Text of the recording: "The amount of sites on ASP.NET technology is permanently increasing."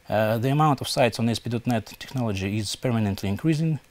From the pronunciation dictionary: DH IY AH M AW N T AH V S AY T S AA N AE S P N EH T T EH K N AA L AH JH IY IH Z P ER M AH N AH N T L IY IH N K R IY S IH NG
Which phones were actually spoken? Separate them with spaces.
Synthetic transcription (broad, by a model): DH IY AH M AW N T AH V S AY T S AA N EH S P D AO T T EH K N AA L AH JH IY IH Z P ER M AH N AH N T L IY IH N K R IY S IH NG